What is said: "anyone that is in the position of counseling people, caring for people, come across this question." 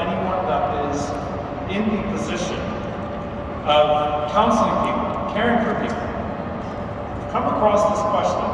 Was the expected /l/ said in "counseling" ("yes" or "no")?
no